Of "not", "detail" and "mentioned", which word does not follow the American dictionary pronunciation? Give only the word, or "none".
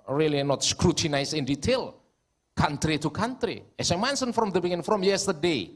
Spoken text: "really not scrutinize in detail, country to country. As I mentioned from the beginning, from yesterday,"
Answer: mentioned